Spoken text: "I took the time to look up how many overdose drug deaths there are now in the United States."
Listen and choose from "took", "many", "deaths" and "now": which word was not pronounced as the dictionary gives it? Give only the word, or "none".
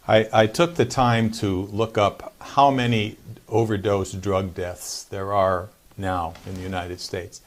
none